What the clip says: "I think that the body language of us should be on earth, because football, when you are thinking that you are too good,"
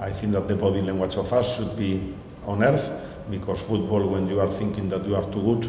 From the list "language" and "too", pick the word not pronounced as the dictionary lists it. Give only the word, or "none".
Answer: language